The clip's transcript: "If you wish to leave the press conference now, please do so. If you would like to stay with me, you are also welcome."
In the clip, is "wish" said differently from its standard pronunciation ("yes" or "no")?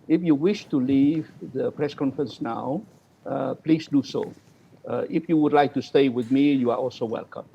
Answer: no